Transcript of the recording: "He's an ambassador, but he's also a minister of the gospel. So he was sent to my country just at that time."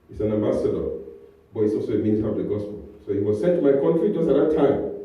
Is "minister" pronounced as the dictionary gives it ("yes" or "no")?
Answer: no